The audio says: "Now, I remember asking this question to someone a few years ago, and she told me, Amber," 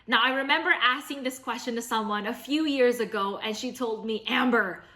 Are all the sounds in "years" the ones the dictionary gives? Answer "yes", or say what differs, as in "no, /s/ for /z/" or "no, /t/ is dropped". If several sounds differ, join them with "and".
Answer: yes